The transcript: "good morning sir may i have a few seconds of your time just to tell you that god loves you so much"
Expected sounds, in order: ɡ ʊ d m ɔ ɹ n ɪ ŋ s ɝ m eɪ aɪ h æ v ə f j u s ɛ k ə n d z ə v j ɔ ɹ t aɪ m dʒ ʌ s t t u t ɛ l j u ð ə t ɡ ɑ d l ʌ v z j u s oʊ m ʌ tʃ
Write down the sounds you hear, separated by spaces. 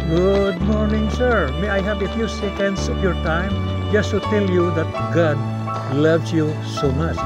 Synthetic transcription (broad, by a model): ɡ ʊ d m ɔ ɹ n ɪ ŋ s ɝ m eɪ aɪ h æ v ə f j u s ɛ k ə n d s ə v j ɔ ɹ t aɪ m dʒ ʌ s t t u t ɛ l j u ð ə t ɡ ɑ d l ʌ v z j u s oʊ m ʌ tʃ